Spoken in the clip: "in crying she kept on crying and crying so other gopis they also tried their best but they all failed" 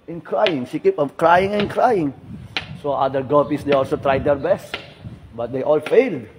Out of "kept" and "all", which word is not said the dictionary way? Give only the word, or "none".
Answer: kept